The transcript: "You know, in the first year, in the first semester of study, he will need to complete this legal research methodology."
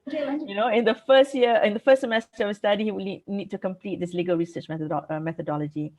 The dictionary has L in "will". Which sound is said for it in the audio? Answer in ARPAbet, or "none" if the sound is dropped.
N